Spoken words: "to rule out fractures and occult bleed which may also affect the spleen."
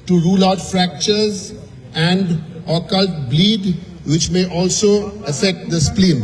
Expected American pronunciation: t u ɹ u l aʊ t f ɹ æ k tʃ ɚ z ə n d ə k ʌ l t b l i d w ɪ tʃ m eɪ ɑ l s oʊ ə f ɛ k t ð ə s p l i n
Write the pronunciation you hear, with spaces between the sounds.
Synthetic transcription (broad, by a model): t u ɹ u l aʊ t f ɹ æ k tʃ ɚ z ə n d ə k ʌ l t b l i d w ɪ tʃ m eɪ ɑ l s oʊ ə f ɛ k t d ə s p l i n